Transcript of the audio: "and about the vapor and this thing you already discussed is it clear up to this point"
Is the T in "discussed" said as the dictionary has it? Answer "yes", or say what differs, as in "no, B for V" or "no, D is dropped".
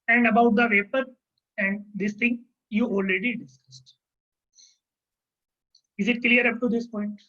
yes